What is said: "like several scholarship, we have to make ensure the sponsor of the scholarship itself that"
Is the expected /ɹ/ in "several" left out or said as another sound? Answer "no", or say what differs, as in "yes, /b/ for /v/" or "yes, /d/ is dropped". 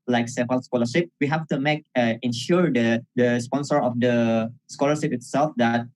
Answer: yes, /ɹ/ is dropped